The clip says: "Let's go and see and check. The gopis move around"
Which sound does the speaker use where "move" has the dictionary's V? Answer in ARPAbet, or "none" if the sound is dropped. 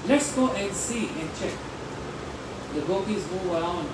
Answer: none